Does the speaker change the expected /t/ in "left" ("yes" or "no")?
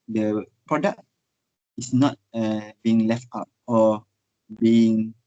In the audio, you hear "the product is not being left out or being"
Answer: no